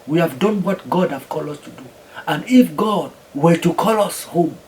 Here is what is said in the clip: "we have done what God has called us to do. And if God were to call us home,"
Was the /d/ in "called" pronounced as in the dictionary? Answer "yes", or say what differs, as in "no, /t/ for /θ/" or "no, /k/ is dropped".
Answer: no, /d/ is dropped